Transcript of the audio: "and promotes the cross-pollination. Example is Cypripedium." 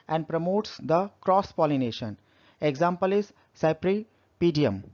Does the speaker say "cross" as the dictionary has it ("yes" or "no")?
yes